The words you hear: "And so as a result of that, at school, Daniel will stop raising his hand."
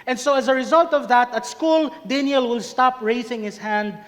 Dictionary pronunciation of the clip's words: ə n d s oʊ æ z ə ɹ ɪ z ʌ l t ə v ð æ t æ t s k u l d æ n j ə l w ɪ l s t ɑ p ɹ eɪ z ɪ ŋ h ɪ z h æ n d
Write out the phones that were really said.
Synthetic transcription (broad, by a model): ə n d s oʊ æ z ə ɹ ɪ z ʌ l t ə v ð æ t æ t s k u l d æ n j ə l w ɪ l s t ɑ p ɹ eɪ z ɪ ŋ h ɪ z h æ n d